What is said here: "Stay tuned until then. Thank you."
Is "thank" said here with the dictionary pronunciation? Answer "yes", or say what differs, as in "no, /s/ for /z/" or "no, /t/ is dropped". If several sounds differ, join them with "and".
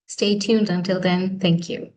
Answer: yes